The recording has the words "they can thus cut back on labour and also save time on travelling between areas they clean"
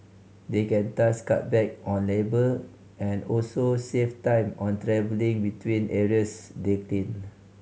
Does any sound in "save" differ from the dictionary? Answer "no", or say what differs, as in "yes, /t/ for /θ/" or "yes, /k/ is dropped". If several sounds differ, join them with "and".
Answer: yes, /f/ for /v/